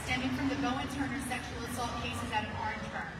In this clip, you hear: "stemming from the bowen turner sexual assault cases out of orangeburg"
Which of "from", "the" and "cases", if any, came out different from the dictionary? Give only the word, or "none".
none